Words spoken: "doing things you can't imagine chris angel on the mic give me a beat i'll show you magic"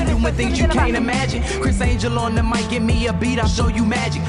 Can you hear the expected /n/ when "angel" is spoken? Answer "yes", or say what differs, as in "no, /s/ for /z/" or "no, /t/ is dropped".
yes